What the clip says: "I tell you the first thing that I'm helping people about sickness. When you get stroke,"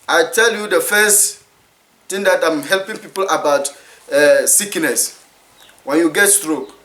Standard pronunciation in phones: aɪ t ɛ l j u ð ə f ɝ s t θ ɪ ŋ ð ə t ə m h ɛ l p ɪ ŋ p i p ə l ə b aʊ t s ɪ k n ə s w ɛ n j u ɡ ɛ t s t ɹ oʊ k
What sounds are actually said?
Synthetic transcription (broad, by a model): aɪ t ɛ l j u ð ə f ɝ s t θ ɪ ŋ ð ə t ə m h ɛ l p ɪ ŋ p i p ə l ə b aʊ t s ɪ k n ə s w ɛ n j u ɡ ɛ t s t ɹ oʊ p